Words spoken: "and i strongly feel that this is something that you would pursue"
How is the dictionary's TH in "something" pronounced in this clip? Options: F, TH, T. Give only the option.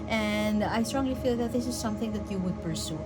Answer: TH